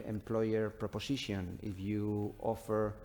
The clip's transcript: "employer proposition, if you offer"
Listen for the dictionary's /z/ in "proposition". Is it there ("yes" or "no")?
no